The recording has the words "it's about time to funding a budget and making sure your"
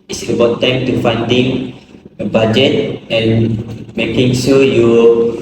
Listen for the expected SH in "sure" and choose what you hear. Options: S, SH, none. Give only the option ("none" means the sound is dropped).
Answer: S